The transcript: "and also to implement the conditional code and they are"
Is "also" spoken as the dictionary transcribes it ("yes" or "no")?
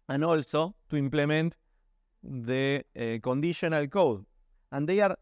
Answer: yes